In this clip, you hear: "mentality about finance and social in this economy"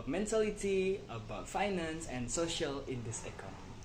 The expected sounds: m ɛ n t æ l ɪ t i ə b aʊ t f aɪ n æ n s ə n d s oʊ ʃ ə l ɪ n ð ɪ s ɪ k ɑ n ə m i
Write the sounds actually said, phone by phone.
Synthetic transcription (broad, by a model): m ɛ n t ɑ l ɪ t i ə b aʊ t f aɪ n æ n s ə n s oʊ ʃ ə l ɪ n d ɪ s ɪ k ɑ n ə